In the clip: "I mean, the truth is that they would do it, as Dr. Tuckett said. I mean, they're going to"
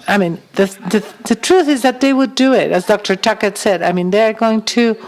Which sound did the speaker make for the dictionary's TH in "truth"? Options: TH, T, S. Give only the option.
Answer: TH